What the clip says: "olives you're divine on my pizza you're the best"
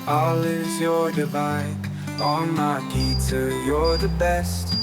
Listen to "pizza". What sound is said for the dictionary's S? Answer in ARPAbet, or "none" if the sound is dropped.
none